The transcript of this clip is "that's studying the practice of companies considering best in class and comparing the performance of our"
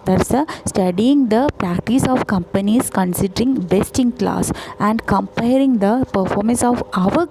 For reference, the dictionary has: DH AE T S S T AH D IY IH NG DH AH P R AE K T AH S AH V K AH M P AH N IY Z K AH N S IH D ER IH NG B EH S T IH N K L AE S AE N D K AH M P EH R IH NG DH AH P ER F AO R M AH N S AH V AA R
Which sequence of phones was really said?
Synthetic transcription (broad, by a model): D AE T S S T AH D IY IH NG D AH P R AE K T AH S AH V K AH M P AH N IY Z K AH N S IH D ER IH NG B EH S T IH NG K L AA S AE N D K AH M P EH R IH NG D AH P ER F AO R M AH N S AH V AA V